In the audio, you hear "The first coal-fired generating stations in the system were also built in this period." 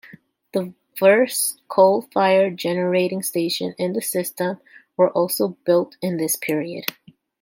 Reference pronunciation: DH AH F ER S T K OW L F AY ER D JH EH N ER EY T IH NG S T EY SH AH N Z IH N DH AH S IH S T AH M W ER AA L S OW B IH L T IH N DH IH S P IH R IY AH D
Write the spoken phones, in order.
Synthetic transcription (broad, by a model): DH AH F ER S K OW L F AY ER JH EH N ER EY T IH NG S T EY SH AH N IH N DH AH S IH S T AH M W ER AA L S OW B IH L T IH N DH IH S P IH R IY AH D